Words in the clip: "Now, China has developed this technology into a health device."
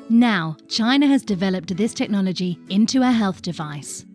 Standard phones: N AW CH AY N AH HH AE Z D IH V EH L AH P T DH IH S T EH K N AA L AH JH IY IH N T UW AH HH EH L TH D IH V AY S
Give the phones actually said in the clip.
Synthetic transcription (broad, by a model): N AW CH AY N AH Z D IH V EH L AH P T DH IH S T EH K N AA L AH JH IY IH N T UW AH HH EH L TH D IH V AY S